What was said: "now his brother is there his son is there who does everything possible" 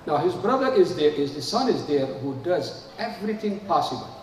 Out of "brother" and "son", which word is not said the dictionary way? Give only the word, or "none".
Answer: none